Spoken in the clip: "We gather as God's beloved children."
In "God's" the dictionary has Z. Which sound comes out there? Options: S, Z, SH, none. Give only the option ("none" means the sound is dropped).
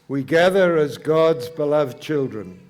Z